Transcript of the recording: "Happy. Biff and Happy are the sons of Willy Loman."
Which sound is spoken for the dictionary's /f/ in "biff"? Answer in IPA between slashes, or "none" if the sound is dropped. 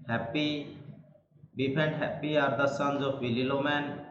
/p/